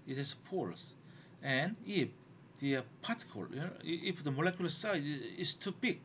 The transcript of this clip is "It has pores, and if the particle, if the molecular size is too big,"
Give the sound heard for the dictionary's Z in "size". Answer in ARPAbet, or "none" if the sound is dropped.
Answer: none